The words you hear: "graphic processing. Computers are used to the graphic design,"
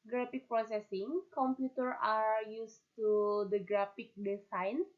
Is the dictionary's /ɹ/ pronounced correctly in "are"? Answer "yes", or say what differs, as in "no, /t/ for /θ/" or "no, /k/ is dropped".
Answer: yes